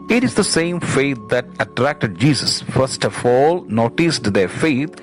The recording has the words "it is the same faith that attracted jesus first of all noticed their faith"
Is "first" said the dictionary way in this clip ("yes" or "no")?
yes